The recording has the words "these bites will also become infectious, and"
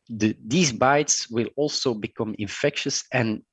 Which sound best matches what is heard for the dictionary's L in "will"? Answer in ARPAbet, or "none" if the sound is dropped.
L